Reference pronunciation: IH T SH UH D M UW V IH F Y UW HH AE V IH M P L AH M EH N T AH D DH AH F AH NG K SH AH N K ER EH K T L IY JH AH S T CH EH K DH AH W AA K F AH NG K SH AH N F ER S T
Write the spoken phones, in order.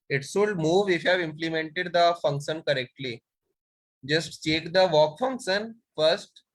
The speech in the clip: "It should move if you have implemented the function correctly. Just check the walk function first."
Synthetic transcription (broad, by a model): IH T S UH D M UW V IH F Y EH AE V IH M P L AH M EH N T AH D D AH F AH NG K SH AH N K ER EH K T L IY JH AH S T CH EH K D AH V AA K F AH NG K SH AH N F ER S T